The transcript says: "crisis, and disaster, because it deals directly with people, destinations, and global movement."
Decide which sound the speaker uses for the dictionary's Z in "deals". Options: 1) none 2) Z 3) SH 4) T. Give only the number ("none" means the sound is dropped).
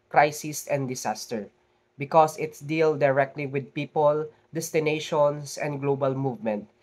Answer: 1